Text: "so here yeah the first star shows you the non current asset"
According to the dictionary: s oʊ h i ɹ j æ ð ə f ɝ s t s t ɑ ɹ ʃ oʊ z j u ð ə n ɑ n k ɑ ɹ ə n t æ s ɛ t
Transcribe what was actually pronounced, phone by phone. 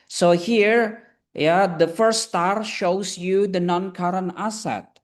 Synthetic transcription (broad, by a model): s oʊ h i ɹ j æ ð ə f ɝ s t s t ɑ ɹ ʃ oʊ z j u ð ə n ɑ n k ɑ ɹ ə n æ s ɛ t